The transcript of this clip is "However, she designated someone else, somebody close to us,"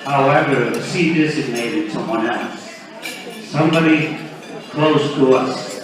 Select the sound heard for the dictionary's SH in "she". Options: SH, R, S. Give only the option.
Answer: S